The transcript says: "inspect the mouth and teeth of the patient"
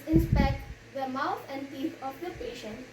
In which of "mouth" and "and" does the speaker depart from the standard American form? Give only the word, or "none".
mouth